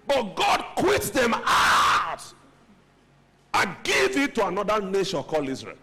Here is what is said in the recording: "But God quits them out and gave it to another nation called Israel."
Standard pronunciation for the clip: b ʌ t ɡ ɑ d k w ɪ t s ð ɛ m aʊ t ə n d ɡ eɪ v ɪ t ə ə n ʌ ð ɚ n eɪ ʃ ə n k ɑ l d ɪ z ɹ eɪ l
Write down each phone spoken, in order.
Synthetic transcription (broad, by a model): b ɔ t ɡ ɑ d k w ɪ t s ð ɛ m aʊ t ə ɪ ɡ eɪ v ɪ t ə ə n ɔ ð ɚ n eɪ ʃ ə n k ɑ l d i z ɹ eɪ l